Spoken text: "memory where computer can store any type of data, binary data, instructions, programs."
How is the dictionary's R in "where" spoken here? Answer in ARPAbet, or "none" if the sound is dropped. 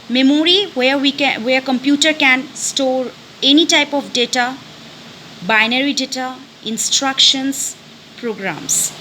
W